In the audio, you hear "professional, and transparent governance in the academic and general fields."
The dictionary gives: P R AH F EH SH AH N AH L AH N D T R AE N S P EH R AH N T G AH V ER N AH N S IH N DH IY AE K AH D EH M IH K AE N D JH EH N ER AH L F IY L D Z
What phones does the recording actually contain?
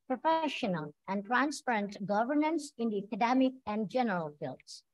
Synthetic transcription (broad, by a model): P R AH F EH SH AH N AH L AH N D T R AE N S P EH R AH N T G AH V ER N AH N S IH N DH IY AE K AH D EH M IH K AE N D JH EH N ER AH L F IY L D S